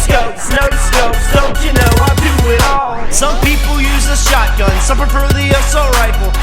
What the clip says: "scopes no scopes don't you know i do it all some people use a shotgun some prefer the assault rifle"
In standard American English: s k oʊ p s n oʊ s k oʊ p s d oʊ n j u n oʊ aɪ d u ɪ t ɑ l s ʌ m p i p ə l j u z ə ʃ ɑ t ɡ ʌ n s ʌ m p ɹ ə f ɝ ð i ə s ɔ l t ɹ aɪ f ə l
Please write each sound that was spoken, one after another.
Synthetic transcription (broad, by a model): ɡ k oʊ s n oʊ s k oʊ s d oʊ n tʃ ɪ n oʊ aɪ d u ɪ t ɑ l s ʌ m p i p l j u z ə ʃ ɑ t ɡ ʌ n s ʌ m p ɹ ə p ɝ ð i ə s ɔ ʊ ɹ aɪ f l